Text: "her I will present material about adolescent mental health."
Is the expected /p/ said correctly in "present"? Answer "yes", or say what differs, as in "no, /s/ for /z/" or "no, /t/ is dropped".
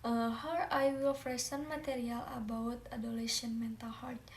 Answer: no, /f/ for /p/